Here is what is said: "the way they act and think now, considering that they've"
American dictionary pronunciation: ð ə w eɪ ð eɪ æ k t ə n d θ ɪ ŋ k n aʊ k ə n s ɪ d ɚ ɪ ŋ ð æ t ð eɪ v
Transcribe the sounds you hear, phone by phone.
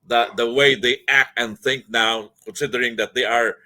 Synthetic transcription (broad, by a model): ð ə w eɪ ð eɪ æ k t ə n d θ ɪ ŋ k n aʊ k ə n s ɪ d ɚ ɪ ŋ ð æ t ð eɪ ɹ